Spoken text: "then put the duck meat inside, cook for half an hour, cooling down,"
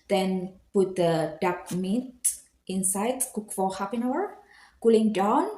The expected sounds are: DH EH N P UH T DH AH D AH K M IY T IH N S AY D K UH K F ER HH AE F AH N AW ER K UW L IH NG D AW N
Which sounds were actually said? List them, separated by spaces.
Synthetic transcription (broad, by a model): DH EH N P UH T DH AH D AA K M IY T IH N S AY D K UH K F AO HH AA P AH N AW ER K UW L IH NG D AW N